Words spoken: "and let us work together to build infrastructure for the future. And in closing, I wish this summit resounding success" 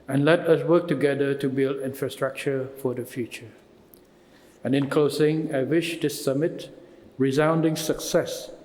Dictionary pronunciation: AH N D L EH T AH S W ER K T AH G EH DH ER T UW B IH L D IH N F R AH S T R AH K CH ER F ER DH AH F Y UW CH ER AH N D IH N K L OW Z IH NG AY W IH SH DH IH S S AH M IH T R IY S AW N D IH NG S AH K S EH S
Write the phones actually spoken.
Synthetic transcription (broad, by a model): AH N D L EH T AH S W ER K T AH G EH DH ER T UW B IH L D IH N F R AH S T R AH K CH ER F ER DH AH F Y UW CH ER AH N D IH N K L OW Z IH NG AY W IH SH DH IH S S AH M IH T R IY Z AW N D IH NG S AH K S EH S